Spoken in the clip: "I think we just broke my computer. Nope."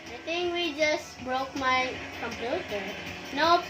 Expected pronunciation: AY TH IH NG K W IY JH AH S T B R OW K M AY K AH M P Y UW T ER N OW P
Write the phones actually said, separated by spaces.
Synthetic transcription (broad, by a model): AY T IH NG K W IY JH AH S T B R OW K M AY K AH M P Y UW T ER N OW